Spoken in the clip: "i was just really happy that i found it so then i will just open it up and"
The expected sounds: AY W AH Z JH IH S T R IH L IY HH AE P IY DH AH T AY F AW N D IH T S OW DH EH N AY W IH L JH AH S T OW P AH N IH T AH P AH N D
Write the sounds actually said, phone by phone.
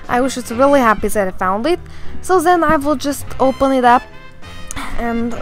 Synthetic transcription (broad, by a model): AY W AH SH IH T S R IH L IY HH AE P IY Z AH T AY F AW N D IH T S OW DH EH N AY W IH L JH AH S T OW P AH N IH T AH P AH N